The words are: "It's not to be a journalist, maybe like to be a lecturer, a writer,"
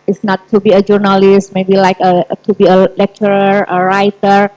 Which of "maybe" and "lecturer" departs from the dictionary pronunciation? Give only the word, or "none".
none